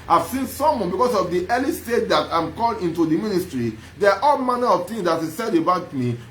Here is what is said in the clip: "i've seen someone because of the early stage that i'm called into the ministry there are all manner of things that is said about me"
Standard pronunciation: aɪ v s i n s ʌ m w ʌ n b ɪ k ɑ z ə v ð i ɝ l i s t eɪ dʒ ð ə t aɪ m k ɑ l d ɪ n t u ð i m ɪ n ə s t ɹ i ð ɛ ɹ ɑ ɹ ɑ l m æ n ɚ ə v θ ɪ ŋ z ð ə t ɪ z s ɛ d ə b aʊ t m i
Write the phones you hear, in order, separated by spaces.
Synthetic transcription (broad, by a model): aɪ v s i n s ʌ m w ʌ n b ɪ k ɑ s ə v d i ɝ l i s t eɪ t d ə t aɪ m k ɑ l ɪ n t u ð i m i n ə s t ɹ i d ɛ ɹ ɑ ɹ ɑ l m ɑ n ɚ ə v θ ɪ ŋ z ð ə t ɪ s ɛ d ə b aʊ t m i